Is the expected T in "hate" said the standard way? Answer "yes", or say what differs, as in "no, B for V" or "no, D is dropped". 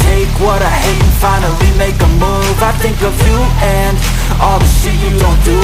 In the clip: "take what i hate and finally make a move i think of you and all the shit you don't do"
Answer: no, T is dropped